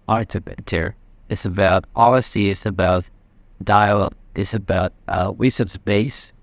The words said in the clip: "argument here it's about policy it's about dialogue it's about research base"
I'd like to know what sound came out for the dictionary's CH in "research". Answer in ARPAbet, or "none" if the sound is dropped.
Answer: S